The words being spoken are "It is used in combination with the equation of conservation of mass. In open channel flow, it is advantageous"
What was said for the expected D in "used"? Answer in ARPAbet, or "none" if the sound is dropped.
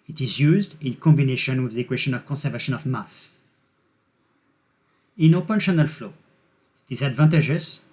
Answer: D